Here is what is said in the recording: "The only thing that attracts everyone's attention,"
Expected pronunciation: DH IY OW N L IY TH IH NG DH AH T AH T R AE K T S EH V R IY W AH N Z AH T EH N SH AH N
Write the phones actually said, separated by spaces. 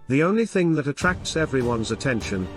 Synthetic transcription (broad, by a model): DH IY OW N L IY TH IH NG DH AH T AH T R AE K T S EH V R IY W AH N Z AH T EH N SH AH N